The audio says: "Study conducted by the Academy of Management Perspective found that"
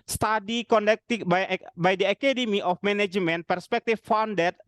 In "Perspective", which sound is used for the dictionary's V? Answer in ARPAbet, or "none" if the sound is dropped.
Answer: F